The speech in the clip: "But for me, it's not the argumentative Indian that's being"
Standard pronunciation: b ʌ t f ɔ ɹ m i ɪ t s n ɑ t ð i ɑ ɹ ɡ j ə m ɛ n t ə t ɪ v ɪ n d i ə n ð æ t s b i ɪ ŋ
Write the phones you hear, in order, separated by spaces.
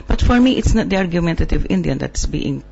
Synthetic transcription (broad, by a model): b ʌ t f ɔ ɹ m i ɪ t s n ɑ t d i ɑ ɹ ɡ j ə m ɛ n t ə t ɪ v ɪ n d i ə n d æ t s b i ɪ ŋ